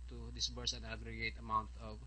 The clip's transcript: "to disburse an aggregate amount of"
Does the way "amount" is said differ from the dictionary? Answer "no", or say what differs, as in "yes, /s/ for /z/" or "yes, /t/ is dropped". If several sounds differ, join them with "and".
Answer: no